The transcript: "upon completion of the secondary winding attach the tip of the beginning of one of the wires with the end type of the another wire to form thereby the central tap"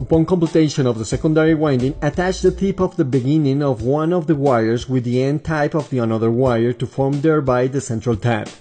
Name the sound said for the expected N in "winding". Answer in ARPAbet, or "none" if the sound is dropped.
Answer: N